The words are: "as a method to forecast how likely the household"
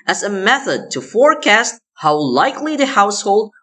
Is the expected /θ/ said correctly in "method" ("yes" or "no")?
yes